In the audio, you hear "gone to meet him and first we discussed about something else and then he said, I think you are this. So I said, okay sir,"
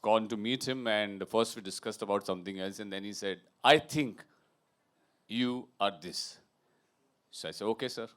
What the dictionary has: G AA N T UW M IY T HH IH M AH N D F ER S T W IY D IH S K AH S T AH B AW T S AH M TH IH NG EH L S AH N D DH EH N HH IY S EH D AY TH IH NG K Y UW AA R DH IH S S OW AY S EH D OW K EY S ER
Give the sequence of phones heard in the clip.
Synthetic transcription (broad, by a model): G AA N T UW M IY T HH IH M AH N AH F ER S T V IY D IH S K AH S T AH B AW T S AH M T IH NG EH L S AH N D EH N HH IY S EH D AY T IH NG K Y UW AA R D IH S S OW AY S EH D OW K EY S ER